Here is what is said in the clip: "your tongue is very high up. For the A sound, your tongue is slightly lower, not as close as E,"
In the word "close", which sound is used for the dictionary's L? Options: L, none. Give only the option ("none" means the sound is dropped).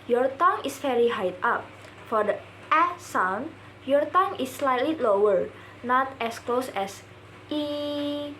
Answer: L